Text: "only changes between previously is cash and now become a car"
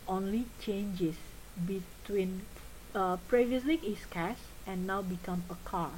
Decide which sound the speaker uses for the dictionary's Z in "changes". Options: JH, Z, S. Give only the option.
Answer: S